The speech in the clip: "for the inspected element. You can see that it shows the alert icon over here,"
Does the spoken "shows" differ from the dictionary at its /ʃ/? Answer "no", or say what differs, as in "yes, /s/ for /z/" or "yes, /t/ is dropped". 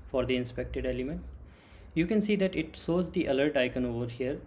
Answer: yes, /s/ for /ʃ/